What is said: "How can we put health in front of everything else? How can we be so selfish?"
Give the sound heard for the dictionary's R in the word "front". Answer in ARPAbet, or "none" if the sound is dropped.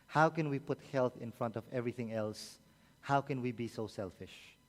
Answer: R